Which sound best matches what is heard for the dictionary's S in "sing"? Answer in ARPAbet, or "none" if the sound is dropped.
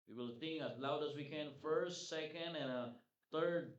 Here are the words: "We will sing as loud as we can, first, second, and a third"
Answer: TH